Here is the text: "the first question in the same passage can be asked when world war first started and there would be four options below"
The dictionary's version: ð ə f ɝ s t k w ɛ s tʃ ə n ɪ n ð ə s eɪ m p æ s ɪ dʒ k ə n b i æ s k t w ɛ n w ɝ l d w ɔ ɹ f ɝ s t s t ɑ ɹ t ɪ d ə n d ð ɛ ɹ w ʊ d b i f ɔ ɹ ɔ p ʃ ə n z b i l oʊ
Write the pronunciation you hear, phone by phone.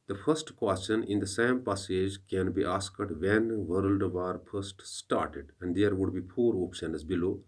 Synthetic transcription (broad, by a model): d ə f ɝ s t k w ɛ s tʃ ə n ɪ n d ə s eɪ m p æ s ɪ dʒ k ə n b i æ s k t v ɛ n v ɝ l d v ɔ ɹ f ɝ s t s t ɑ ɹ t ɪ d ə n d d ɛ ɹ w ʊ d b i p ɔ ɹ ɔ p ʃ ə n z b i l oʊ